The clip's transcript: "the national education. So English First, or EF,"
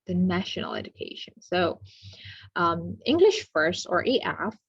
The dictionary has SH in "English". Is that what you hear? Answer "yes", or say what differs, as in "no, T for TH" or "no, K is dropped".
yes